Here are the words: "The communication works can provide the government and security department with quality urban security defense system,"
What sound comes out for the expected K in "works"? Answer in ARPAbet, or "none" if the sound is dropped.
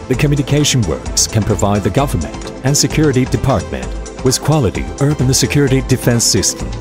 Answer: K